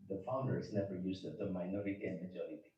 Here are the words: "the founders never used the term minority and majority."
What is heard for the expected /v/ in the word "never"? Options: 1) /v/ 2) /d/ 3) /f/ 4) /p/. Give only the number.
1